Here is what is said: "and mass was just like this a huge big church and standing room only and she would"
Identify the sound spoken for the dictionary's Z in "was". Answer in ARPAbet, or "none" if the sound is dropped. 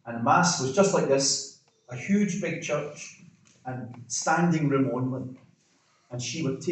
Z